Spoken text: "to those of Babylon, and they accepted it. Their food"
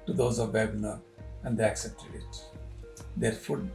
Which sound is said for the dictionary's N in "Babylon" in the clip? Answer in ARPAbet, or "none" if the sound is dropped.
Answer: none